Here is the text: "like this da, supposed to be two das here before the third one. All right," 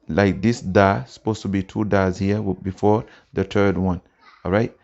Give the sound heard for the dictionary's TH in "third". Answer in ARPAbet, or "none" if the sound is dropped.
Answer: T